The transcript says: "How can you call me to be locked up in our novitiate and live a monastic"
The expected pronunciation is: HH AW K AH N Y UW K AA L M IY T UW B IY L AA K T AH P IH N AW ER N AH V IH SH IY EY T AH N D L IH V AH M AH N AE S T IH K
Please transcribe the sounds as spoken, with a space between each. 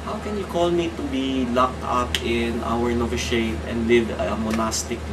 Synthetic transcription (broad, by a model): HH AW K AH N Y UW K AA L M IY T UW B IY L AA K T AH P IH N AW ER N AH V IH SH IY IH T AH N D L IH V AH M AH N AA S T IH K